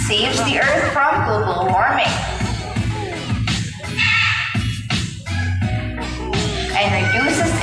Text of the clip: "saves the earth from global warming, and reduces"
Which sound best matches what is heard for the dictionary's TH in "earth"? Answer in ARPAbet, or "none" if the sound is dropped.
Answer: TH